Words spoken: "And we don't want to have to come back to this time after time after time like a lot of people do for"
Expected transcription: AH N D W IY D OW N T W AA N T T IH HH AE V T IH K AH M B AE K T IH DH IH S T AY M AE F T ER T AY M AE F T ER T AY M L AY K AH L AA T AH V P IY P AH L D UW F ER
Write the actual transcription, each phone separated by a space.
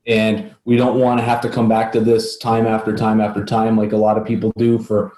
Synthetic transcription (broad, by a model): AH N W IY D OW N T W AA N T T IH HH AE F T IH K AH M B AE K T IH DH IH S T AY M AE F T ER T AY M AE F T ER T AY M L AY K AH L AA T AH V P IY P L D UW F ER